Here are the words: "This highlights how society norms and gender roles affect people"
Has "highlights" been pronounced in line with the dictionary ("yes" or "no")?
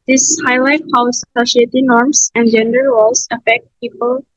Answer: no